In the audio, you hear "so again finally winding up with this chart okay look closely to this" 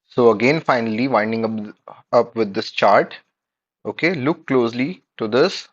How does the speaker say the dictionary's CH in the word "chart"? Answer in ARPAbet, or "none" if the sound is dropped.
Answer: CH